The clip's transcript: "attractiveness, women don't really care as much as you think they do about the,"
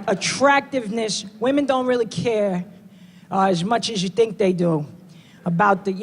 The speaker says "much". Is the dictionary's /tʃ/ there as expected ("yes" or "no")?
yes